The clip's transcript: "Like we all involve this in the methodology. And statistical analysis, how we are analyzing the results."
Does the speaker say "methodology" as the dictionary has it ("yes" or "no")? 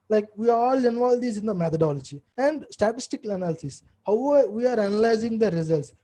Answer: no